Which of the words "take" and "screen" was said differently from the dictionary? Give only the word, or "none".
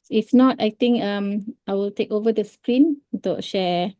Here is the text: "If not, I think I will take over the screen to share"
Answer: none